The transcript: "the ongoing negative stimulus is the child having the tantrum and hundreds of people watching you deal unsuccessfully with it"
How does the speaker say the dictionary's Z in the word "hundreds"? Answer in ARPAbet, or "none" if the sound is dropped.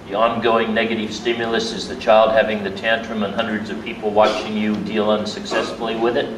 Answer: Z